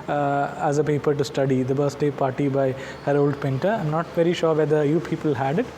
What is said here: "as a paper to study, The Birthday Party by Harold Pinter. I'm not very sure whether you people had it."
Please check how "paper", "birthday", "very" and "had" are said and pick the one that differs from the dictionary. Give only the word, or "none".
birthday